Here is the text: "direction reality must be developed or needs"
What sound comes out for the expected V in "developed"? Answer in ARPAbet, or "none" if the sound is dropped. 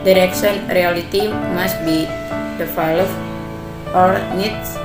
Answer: F